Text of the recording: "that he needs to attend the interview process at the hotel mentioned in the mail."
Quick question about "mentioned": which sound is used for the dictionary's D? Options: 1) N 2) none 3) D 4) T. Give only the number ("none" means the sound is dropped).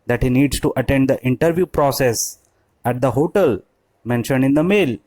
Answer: 3